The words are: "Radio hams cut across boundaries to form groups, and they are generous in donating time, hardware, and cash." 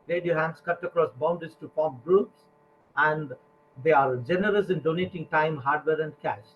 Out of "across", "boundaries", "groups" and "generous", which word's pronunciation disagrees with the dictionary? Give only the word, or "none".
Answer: boundaries